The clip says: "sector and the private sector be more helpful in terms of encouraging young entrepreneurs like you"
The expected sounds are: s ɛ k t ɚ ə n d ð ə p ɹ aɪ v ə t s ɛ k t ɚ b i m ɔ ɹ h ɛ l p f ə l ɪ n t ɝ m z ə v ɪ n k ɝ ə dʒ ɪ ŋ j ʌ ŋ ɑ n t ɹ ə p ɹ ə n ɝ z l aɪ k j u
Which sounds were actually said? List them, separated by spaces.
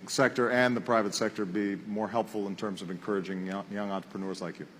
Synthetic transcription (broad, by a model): s ɛ k t ɚ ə n ð ə p ɹ aɪ v ə t s ɛ k t ɚ b i m ɔ ɹ h ɛ l p f l ɪ n t ɝ m z ə v ɪ n k ɝ ə dʒ ɪ ŋ j ʌ ŋ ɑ n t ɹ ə p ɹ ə n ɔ z l aɪ k j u